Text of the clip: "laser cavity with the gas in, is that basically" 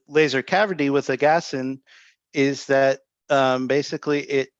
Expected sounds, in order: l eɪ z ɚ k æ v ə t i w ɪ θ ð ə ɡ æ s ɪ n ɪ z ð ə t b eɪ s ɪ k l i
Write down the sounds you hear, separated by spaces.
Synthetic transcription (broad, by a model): l eɪ z ɚ k æ v ə t i w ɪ ð ə ɡ æ s ɪ n ɪ z ð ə t b eɪ s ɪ k l i